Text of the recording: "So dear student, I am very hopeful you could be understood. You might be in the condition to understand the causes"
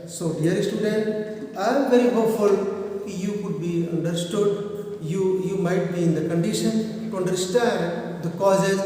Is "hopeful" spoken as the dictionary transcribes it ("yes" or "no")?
no